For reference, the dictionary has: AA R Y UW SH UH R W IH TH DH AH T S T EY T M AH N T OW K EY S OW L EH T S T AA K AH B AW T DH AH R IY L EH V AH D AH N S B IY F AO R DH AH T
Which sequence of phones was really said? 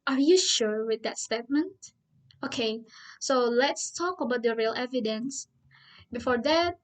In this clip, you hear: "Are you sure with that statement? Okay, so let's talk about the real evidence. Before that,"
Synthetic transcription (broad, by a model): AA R Y UW SH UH R W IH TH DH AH T S T EY T M AH N T OW K EY S OW L EH T S T AA K AH B AW T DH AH R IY L EH V AH D AH N S B IY F AO R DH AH T